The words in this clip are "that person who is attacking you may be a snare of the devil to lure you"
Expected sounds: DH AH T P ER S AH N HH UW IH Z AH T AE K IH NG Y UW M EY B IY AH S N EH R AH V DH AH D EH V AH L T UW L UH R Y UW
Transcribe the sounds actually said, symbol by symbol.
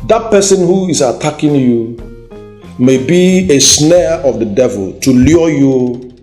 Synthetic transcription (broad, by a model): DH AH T P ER S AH N HH UW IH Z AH T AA K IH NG Y UW M EY B IY AH S N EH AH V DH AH D EH V AH L T UW L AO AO Y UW